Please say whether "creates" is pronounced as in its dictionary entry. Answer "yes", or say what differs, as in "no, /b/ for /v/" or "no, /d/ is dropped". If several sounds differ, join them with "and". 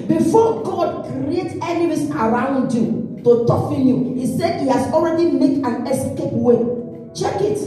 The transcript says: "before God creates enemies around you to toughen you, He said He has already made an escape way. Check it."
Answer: no, /s/ is dropped